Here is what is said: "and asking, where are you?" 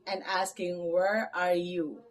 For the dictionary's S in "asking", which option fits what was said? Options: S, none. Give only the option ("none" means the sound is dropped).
S